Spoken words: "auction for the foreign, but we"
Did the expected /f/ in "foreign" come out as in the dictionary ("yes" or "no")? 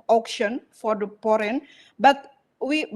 no